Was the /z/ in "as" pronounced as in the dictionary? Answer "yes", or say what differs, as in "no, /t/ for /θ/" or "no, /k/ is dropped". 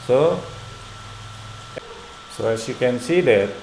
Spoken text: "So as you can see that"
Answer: no, /s/ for /z/